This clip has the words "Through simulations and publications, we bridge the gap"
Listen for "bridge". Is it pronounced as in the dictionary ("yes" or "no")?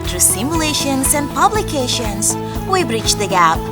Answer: no